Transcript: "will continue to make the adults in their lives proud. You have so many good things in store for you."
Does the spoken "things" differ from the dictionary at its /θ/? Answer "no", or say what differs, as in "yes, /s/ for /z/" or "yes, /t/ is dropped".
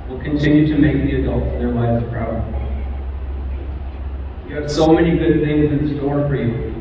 no